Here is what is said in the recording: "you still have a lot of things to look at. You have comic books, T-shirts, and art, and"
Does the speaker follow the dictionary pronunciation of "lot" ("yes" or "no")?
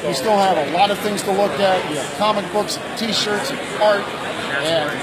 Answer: yes